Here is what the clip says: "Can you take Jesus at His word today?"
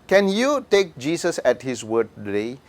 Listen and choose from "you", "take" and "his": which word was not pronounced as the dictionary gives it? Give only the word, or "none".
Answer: his